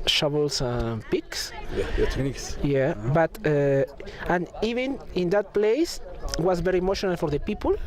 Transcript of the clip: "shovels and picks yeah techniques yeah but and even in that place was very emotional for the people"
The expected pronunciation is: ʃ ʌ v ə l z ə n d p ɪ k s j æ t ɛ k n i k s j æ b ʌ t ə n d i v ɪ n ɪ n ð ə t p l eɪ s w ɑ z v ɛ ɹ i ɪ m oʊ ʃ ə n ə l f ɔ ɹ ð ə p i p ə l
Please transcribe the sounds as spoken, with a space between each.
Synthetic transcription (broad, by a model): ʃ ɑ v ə l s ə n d p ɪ k s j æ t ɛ n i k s j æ b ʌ t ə n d i v ɪ n ɪ n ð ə t p l eɪ s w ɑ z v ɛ ɹ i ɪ m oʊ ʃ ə n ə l f ɔ ɹ ð ə p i p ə l